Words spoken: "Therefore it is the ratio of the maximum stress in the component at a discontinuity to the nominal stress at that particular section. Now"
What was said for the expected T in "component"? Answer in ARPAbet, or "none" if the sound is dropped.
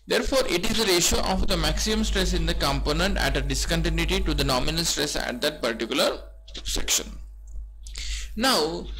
T